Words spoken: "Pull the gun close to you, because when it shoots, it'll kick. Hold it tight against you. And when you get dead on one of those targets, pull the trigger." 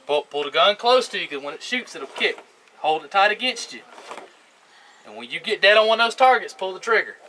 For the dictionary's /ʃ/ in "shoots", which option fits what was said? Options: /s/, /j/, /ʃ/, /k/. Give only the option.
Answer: /ʃ/